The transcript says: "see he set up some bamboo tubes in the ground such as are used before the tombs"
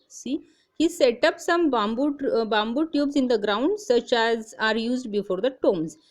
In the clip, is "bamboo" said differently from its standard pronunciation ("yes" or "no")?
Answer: no